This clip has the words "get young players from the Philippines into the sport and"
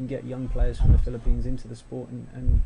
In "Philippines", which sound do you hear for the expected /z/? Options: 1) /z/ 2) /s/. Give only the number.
1